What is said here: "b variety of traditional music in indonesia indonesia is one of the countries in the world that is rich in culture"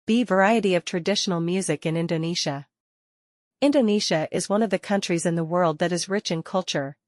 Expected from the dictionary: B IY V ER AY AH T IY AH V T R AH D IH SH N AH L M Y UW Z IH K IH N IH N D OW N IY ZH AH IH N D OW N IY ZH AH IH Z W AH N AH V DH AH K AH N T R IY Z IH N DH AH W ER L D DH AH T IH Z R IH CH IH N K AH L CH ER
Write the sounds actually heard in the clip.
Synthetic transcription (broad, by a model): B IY V ER AY AH T IY AH V T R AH D IH SH N L M Y UW Z IH K IH N IH N D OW N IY SH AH IH N D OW N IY SH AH IH Z W AH N AH V DH AH K AH N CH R IY Z IH N DH AH W ER L D DH AH T IH Z R IH CH IH N K AH L CH ER